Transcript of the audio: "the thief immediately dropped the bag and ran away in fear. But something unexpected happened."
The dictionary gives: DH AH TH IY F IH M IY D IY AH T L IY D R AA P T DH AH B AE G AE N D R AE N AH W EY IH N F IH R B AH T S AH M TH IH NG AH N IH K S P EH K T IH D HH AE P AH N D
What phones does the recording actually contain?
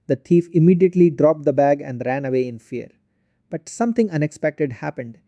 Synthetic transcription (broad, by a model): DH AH T IY F IH M IY D IY AH T L IY D R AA P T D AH B AE G AE N D R AE N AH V EY IH N F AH R B AH T S AH M T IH NG AH N IH K S P EH K T IH D HH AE P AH N D